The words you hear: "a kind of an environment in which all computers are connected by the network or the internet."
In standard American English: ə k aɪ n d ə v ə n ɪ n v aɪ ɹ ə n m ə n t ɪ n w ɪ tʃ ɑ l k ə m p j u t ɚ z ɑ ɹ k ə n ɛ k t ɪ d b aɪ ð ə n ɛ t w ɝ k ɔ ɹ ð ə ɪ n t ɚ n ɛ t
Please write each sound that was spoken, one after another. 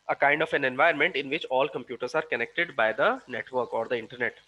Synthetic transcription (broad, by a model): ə k aɪ n d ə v ə n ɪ n v aɪ ə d m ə n t ɪ n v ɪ tʃ ɑ l k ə m p j u t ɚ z ɑ ɹ k ə n ɛ k t ɪ d b aɪ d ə n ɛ t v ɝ k ɔ ɹ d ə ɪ n t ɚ n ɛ t